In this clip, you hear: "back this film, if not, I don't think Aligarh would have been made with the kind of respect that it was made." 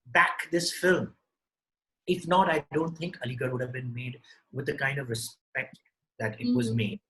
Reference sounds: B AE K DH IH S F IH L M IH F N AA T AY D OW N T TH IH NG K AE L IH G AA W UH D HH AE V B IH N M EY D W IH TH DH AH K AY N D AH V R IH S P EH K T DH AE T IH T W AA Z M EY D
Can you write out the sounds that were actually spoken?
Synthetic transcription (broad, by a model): B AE K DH IH S F IH L M IH F N AA T AY D OW N T T IH NG K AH L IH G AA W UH D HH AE V B IH N M EY D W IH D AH K AY N D AH V R IH S P EH K T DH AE T IH T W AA Z M EY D